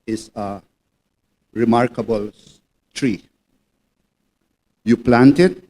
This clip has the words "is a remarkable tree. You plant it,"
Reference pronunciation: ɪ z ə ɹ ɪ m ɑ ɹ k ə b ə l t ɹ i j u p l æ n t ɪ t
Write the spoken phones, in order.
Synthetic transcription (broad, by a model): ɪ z ə ɹ ɪ m ɑ ɹ k ə b ə l t ɹ i j u p l æ n t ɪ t